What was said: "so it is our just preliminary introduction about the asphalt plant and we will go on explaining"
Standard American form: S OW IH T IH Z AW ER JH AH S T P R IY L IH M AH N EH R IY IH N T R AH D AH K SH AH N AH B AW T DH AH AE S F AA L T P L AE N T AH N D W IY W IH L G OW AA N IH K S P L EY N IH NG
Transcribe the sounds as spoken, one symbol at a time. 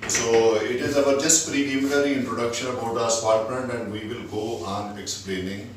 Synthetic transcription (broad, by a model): S OW IH T IH Z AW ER JH AH S T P R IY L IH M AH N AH R IY IH N T R AH D AH K SH AH N AH B AW T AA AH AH S P AA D T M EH N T AH N D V IY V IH L G OW AA N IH K S P L EY N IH NG